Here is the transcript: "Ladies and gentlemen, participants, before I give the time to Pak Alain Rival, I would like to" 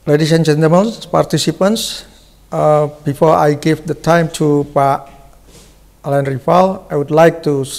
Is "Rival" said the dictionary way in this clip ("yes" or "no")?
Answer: no